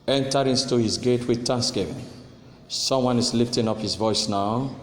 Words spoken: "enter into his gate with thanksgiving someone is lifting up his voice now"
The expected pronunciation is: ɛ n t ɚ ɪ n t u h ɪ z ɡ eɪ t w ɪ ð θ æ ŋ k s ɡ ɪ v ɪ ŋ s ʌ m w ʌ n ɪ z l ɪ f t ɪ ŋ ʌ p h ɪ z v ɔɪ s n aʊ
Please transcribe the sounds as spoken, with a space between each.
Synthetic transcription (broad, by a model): ɛ n t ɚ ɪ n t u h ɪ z ɡ eɪ t w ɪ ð t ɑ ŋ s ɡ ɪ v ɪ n s ʌ m w ʌ n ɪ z l ɪ f t ɪ ŋ ʌ p h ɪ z v ɔɪ s n aʊ